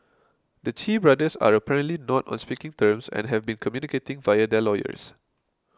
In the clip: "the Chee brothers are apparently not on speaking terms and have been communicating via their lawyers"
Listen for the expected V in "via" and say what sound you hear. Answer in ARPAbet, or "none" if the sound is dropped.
V